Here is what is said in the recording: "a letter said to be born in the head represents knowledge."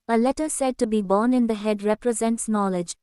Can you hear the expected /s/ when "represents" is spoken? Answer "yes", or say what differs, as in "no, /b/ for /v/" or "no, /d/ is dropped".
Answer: yes